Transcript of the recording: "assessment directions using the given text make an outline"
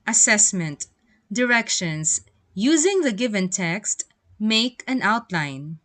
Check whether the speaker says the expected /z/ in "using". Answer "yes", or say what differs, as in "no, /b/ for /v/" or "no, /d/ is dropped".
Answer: yes